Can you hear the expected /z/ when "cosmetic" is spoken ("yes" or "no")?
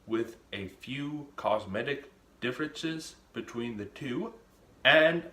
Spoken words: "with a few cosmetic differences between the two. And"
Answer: yes